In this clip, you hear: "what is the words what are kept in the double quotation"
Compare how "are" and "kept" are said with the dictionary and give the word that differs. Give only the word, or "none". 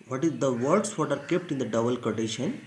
none